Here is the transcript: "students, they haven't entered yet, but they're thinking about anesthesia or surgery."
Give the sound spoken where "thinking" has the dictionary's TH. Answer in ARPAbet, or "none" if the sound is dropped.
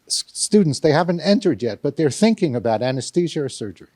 TH